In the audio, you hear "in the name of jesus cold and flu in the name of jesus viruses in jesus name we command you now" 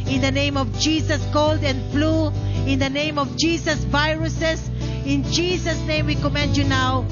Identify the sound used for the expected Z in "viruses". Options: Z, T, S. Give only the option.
S